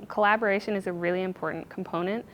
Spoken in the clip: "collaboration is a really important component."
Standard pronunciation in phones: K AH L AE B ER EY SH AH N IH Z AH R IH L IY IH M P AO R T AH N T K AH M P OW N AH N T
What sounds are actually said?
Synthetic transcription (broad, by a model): K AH L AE B ER EY SH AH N IH Z AH R IH L IY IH M P AO R T N K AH M P OW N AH N T